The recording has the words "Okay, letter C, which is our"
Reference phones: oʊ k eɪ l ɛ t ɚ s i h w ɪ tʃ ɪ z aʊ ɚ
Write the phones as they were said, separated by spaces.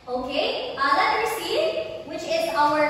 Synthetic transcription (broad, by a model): oʊ k eɪ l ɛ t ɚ s i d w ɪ tʃ ɪ z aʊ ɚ